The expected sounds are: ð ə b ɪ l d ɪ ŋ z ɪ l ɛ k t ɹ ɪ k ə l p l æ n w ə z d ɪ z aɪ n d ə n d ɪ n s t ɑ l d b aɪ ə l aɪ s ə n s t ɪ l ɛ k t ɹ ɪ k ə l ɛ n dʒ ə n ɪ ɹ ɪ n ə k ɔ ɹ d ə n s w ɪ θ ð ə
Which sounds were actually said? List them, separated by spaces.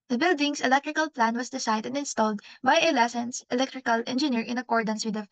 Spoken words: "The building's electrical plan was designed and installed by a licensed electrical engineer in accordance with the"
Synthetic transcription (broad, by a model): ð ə b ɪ l d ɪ ŋ s ɪ l ɛ k t ɹ ɪ k ə l p l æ n w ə s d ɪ s aɪ d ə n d ɪ n s t ɑ l d b aɪ ə l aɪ s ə n s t ɪ l ɛ k t ɹ ɪ k ə l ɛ n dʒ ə n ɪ ɹ ɪ n ə k ɔ ɹ d ə n s w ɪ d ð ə